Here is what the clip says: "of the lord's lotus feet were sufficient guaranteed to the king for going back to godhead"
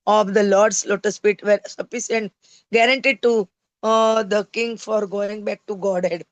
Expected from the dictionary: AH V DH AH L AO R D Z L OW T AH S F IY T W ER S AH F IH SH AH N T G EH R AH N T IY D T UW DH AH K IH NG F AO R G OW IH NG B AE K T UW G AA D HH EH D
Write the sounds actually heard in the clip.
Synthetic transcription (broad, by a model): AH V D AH L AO R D S L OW T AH S P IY T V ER S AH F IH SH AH N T G EH R AH N T IY D T UW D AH K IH NG F AO R G OW IH NG B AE K T UW G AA D HH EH D